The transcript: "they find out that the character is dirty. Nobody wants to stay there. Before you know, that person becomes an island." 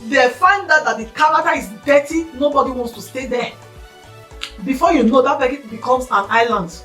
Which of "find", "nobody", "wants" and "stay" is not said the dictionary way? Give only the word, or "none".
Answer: none